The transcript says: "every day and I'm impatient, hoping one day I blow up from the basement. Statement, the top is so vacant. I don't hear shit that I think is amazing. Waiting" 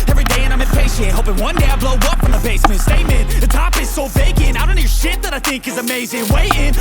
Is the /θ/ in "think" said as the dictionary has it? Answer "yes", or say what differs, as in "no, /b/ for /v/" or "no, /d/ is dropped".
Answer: yes